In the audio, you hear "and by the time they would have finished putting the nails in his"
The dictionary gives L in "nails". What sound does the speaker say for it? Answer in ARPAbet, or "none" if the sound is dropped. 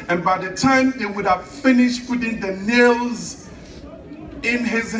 L